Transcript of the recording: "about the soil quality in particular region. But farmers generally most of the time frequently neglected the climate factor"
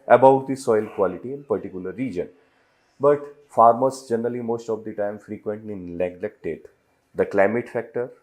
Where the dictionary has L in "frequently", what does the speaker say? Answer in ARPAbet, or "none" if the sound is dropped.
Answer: none